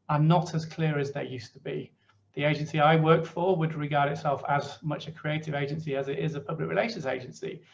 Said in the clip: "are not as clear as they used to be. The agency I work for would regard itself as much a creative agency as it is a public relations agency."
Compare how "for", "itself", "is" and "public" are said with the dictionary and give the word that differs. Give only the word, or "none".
none